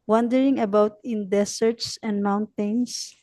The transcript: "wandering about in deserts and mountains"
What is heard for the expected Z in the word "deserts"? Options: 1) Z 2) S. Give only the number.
2